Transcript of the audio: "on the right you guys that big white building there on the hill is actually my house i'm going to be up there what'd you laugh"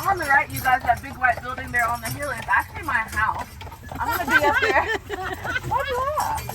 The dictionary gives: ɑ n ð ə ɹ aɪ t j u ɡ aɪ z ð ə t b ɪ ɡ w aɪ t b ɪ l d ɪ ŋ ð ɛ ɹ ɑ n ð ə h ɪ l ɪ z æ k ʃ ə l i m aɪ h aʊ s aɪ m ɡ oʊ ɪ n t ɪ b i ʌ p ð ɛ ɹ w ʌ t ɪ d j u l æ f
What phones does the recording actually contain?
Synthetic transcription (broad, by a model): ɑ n ð ə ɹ aɪ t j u ɡ aɪ z ð ə t b ɪ ɡ w aɪ t b ɪ l d ɪ ŋ ð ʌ ɹ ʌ n ð ə h ɪ l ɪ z æ k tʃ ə l i m aɪ h aʊ s aɪ m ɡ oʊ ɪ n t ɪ b i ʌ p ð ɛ ɹ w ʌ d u